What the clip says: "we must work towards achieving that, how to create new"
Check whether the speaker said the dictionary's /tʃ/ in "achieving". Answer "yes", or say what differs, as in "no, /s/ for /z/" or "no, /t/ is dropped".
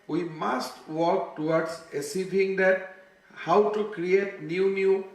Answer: no, /s/ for /tʃ/